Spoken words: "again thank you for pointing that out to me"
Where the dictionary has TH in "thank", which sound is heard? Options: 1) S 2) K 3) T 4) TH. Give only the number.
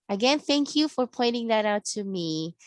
4